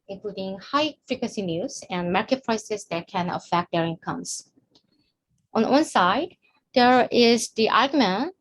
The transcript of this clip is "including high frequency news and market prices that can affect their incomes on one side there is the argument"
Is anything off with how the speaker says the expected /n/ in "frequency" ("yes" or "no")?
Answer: yes